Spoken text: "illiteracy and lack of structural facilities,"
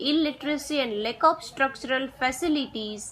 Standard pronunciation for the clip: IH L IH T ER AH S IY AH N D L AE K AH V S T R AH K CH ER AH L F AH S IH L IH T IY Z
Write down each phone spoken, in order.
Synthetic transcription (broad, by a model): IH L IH T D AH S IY AH N D L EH K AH P S T R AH K CH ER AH L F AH S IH L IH T IY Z